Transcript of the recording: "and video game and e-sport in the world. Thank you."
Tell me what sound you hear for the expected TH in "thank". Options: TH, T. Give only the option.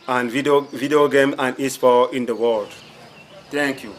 T